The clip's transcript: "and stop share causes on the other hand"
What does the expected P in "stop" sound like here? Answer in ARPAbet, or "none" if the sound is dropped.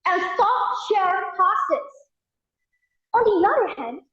F